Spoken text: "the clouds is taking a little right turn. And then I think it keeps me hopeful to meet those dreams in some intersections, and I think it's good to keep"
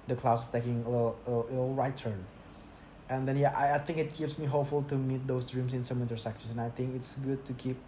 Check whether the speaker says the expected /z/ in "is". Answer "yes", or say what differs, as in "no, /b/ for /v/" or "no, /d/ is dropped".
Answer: no, /s/ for /z/